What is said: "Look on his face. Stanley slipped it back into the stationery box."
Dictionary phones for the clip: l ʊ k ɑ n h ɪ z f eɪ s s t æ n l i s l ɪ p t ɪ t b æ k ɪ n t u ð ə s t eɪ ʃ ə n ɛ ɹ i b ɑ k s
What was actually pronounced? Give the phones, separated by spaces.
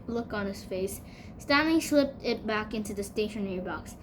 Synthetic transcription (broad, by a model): l ʊ k n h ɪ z f eɪ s s t æ n l i s l ɪ p t ɪ t b æ k ɪ n t u ð ə s t eɪ ʃ ə n ɛ ɹ i b ɑ k s